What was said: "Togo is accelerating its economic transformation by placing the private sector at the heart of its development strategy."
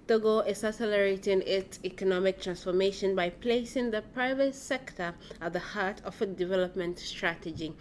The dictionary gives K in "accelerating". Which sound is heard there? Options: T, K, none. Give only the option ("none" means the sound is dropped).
none